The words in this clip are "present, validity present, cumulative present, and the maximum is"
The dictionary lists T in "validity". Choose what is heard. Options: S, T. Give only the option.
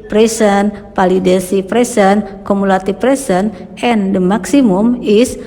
S